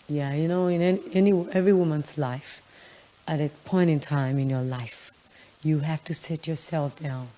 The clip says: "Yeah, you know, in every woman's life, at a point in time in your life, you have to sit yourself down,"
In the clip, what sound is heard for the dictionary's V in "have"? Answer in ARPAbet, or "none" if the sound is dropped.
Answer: F